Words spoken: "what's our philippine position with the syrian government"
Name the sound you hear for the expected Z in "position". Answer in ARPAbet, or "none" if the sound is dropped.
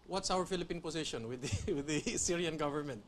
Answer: S